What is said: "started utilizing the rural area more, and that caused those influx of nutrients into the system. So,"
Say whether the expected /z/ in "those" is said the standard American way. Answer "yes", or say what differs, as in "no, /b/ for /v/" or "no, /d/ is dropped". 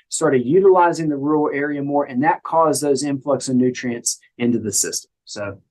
yes